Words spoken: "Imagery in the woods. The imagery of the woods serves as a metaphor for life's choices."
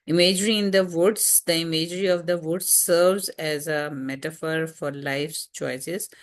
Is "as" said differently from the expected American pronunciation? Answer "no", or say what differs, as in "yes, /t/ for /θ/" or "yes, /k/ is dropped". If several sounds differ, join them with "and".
no